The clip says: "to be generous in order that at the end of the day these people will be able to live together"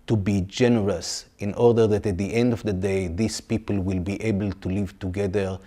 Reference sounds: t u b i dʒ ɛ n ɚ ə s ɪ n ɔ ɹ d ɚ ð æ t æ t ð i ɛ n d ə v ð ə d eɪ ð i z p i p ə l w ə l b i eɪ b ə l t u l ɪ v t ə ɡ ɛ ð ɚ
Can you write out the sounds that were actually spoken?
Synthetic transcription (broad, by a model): t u b i dʒ ɛ n ɚ ə s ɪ n ɔ ɹ d ɚ ð æ t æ t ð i ɛ n d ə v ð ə d eɪ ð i s p i p ə l w ə l b i eɪ b ə l t u l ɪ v t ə ɡ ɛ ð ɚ